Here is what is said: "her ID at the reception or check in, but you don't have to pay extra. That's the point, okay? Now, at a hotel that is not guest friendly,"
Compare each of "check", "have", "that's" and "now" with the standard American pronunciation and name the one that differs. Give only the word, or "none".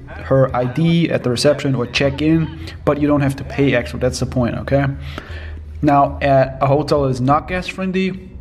have